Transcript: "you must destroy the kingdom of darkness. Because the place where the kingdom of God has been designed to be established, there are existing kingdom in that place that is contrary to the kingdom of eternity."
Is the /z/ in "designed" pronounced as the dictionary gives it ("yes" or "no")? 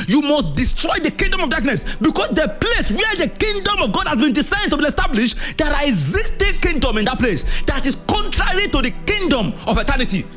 no